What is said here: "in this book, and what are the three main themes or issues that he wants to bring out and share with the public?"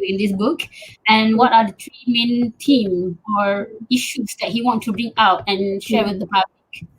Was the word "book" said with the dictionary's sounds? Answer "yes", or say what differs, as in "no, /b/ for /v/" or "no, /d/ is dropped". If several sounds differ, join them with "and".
yes